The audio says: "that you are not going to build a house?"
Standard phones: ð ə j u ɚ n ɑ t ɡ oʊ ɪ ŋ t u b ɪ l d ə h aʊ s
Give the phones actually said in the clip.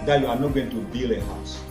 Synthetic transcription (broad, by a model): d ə j u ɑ n ɑ t ɡ oʊ ɪ ŋ t u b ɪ l ə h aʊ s